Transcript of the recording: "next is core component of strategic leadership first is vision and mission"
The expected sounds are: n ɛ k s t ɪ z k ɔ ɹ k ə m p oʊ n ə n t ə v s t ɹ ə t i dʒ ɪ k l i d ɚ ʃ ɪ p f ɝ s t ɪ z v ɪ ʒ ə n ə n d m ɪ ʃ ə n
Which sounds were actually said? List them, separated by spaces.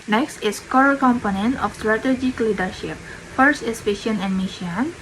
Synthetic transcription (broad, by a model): n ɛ k s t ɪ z k ɔ ɹ k ə m p oʊ n ə n t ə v s t ɹ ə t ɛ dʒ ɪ k l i d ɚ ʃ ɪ p f ɝ s t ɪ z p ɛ ʃ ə n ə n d m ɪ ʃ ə n